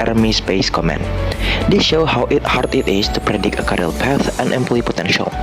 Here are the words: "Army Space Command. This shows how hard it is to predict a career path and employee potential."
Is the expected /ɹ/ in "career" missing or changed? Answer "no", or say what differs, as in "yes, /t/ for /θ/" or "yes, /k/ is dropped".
yes, /l/ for /ɹ/